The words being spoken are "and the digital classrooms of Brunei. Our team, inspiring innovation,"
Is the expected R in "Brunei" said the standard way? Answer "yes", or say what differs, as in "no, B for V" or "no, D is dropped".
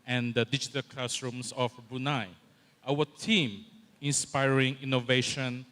no, R is dropped